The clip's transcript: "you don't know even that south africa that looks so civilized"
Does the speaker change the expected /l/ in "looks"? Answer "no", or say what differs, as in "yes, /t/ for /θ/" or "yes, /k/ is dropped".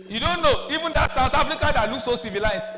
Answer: yes, /n/ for /l/